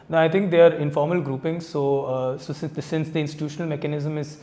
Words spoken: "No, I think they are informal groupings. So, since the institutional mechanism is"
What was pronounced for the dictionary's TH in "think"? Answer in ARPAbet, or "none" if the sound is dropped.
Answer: T